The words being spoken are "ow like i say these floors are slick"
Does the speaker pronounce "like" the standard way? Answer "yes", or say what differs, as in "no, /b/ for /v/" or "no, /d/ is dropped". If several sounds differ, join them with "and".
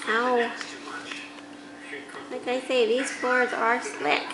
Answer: yes